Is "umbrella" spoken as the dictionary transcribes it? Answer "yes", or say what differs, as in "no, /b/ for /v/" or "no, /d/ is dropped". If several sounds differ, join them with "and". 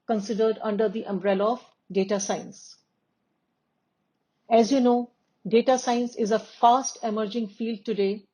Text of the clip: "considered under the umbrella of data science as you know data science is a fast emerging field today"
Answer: yes